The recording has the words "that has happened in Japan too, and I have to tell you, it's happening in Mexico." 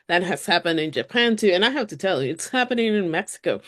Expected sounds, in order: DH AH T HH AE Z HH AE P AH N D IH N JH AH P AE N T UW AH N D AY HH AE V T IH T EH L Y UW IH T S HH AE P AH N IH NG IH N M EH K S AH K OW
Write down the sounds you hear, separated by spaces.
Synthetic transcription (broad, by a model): DH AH T HH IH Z HH AE P AH N D IH N JH AH P AE N T UW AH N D AY HH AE F T IH T EH L Y UW IH T S HH AE P AH N IH NG IH N M EH K S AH K OW